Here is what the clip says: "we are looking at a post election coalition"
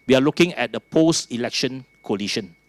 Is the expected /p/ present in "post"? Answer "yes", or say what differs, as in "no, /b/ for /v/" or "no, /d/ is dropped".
yes